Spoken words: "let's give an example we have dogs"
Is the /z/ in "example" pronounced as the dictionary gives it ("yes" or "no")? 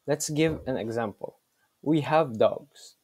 yes